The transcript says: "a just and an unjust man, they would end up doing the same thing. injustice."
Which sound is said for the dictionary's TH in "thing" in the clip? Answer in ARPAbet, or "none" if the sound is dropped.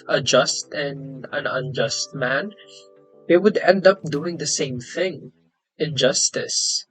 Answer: TH